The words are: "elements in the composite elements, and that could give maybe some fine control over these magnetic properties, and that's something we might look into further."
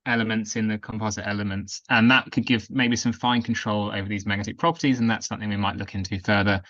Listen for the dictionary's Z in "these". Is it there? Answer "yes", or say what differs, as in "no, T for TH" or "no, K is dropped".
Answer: yes